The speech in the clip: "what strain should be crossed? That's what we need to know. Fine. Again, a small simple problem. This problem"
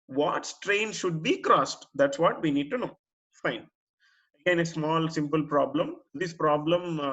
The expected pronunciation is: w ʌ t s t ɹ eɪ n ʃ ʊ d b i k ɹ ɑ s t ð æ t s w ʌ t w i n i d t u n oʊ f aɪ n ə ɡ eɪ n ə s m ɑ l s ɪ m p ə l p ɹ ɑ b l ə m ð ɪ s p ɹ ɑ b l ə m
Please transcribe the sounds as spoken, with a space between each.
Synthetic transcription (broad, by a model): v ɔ t s t ɹ eɪ n ʃ ʊ d b i k ɹ ɑ s t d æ t s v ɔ t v i n i d t u n oʊ f aɪ n ə ɡ eɪ n ə s m ɑ l s ɪ m p ə l p ɹ ɑ b l ə m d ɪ s p ɹ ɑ b l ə m